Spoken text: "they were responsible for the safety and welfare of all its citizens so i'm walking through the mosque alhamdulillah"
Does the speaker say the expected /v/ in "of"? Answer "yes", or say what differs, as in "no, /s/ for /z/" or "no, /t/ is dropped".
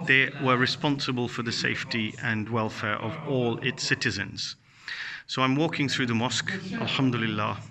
yes